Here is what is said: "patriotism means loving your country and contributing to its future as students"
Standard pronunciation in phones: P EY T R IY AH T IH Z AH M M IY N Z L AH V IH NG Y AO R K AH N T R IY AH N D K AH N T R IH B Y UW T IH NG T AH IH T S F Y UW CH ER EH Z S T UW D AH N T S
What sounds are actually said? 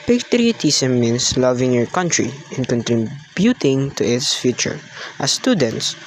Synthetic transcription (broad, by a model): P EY T R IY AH T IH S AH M M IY N S L AH V IH NG Y AO R K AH N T R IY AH N K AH N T R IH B Y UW T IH NG T AH IH T S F Y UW CH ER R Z S T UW D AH N T S